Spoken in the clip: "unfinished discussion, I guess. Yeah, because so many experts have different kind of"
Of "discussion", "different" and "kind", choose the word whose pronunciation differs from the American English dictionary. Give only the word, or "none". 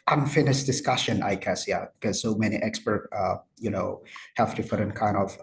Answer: different